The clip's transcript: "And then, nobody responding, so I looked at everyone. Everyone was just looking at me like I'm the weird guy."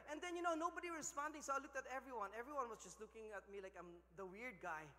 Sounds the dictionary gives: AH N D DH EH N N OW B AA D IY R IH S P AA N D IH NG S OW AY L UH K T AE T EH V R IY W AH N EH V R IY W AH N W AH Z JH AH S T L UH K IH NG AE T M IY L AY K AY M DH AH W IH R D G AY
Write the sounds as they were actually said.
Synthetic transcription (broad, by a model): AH N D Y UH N N OW B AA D IY R IH S P AA N D IH NG S OW AY L UH K T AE T EH V R IY W AH N EH V R IY W AH N W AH S JH AH S T L UH K IH NG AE T M IY L AY K AY M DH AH W IH R D G AY